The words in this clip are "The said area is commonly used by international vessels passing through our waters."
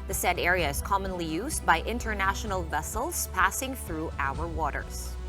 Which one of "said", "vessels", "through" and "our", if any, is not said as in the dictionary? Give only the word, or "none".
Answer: none